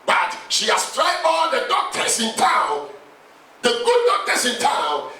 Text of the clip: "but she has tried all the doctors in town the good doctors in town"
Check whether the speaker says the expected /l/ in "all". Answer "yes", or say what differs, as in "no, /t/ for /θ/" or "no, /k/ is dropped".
no, /n/ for /l/